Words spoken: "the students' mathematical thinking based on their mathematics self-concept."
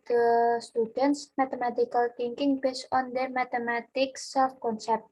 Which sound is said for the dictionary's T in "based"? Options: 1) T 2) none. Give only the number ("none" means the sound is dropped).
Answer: 2